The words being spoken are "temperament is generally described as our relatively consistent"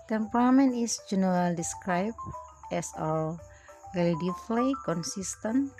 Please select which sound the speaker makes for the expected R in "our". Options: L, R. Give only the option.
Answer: L